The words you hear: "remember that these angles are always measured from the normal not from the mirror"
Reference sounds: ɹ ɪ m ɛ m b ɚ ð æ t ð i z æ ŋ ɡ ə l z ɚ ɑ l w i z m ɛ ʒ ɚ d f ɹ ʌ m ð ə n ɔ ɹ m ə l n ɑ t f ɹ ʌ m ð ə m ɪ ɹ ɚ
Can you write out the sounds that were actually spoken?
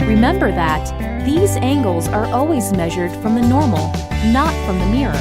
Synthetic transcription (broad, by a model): ɹ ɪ m ɛ m b ɚ ð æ t ð i z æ ŋ ɡ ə l z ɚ ɑ l w i z m ɛ ʒ ɚ d f ɹ ʌ m ð ə n ɔ ɹ m l n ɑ t f ɹ ʌ m ð ə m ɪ ɹ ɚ